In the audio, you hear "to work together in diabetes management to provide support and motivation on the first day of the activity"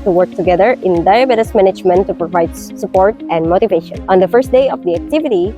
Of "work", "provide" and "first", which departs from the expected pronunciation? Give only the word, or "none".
none